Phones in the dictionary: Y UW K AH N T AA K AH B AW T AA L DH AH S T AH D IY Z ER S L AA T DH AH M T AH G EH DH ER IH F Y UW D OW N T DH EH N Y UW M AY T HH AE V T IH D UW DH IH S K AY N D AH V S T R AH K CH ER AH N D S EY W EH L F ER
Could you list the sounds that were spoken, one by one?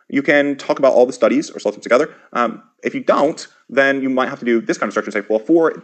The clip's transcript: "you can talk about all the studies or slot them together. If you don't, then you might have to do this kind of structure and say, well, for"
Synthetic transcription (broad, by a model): Y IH K AH N T AA K AH B AW T AA L DH AH S T AH D IY Z ER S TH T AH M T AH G EH DH ER IH F Y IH D OW N T DH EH N Y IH M AY T HH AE F T IH D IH DH IH S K AY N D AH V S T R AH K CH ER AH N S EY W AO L F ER